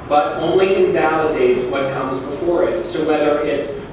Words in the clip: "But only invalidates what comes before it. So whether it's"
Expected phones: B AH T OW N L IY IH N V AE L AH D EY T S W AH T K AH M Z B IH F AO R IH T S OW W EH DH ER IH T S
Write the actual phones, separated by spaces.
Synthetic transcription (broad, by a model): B AH T OW N L IY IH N V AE L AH D EY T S W AH T K AH M Z B IH F AO R IH T S OW W EH DH ER IH T S